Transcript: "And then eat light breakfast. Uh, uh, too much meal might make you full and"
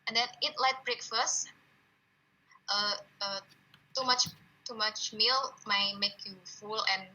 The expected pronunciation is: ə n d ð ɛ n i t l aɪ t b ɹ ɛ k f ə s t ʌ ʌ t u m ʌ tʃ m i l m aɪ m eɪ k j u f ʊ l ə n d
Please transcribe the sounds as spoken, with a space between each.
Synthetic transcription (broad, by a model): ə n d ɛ n i t l aɪ t b ɹ ɛ k f ə s t ʌ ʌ t u m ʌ tʃ m i l m aɪ m eɪ k j u f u l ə n